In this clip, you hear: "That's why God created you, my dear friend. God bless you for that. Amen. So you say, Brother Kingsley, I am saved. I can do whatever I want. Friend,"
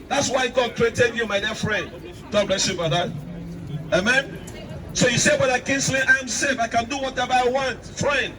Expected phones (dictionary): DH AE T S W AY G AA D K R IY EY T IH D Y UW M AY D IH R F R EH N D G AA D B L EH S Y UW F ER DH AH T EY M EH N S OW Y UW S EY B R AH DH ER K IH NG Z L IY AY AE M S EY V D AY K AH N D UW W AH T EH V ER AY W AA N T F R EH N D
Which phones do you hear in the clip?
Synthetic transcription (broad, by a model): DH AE T S W AY G AA D K R IY EY T IH D Y UW M AY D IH F R EH N D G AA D B L EH S Y UW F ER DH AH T EY M EH N S OW Y UW S EY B AH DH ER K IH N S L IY AY M S EY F AY K AH N D UW W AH T EH V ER AY W AA N T F R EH N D